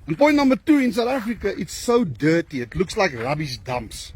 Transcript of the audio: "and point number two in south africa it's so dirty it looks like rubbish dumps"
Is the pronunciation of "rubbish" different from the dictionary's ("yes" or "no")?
yes